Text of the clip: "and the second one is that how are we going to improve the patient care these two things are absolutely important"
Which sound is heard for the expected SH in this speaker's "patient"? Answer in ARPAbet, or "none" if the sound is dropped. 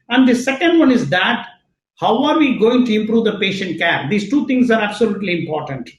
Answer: SH